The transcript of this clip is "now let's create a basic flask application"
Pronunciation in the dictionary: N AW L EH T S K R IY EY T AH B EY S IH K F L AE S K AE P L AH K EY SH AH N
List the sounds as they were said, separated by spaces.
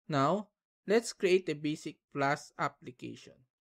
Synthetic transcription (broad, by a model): N AW L EH T S K R IY EY T AH B EY S IH K P L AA S AA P L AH K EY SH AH N